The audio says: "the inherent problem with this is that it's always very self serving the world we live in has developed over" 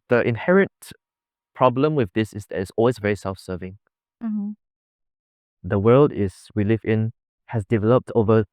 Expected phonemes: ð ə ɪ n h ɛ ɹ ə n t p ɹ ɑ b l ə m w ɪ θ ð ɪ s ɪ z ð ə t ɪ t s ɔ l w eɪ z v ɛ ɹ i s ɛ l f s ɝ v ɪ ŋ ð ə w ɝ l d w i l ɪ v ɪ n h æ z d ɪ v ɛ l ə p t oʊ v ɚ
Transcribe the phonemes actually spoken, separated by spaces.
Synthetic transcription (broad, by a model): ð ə ɪ n h ɛ ɹ ə n t p ɹ ɑ b l ə m w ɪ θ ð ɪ s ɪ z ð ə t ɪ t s ɔ l w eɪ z v ɛ ɹ i s ɛ l f s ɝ v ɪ ŋ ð ə w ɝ l d w i l ɪ v ɪ n h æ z d ɪ v ɛ l ə p t oʊ v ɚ